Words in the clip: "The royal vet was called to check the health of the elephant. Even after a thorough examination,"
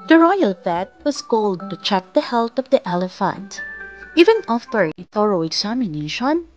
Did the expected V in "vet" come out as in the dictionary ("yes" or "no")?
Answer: no